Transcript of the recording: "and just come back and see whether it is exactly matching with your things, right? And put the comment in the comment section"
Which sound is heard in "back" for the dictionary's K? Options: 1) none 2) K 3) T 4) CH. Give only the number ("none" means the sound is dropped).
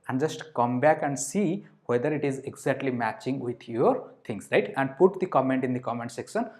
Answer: 2